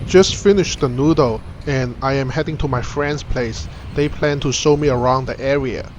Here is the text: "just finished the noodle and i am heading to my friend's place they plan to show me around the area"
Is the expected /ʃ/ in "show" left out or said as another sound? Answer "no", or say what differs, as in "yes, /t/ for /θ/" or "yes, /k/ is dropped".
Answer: yes, /s/ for /ʃ/